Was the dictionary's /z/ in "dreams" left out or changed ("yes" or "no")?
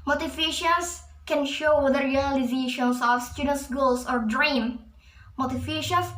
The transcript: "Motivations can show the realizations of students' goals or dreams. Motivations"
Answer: yes